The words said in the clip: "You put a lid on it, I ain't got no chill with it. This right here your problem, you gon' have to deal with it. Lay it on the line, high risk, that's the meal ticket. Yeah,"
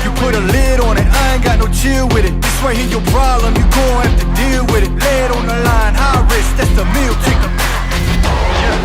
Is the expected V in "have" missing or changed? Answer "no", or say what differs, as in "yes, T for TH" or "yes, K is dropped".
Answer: yes, F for V